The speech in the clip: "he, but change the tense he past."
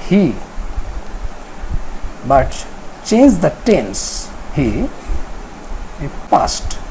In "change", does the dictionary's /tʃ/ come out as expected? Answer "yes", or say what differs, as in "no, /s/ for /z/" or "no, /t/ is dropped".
yes